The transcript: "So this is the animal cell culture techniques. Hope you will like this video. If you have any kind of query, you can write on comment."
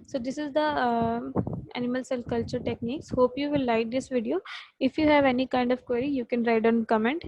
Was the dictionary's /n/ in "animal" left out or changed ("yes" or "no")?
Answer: no